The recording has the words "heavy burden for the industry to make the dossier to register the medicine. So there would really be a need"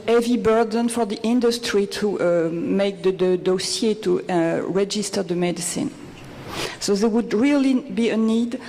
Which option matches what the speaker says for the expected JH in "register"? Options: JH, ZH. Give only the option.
JH